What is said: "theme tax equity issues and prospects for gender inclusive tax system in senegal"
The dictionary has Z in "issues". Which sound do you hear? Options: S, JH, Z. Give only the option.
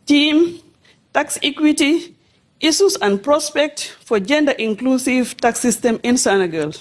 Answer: S